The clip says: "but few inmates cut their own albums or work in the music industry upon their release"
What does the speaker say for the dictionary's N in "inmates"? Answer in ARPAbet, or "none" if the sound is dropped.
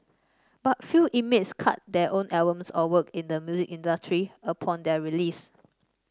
none